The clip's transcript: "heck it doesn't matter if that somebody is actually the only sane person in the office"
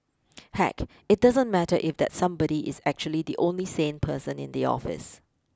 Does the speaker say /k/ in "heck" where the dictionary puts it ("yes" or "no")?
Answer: yes